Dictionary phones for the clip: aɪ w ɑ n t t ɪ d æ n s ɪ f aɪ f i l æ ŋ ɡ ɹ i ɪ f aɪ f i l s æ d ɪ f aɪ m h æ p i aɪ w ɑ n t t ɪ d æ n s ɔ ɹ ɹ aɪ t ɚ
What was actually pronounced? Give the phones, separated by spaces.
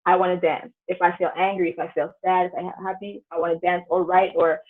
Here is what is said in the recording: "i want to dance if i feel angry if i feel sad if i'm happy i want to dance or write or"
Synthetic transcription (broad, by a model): aɪ w ɑ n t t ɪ d æ n s ɪ f aɪ f i l æ ŋ ɡ ɹ i ɪ f aɪ f i l s æ d ɪ f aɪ h æ p i aɪ w ɑ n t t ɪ d æ n s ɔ l ɹ aɪ t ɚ